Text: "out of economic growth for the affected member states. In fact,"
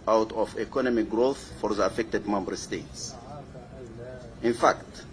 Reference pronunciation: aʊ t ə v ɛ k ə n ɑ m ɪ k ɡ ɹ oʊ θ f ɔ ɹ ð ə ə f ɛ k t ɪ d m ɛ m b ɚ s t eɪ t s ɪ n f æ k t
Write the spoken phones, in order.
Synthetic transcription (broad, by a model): aʊ t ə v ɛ k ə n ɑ m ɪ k ɡ ɹ oʊ θ f ɔ ɹ ð ə ə f ɛ k t ɪ d m ɛ m b ɚ s t eɪ t s ɪ n f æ k t